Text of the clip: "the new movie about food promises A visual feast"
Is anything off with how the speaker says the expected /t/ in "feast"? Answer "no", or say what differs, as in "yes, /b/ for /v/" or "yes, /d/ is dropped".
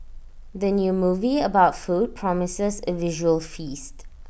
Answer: no